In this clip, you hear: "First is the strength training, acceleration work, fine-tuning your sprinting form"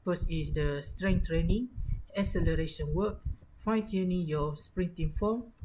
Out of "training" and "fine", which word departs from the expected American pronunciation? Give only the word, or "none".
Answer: none